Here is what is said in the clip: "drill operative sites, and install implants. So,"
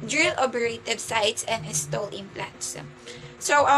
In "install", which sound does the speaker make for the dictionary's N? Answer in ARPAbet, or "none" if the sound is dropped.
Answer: none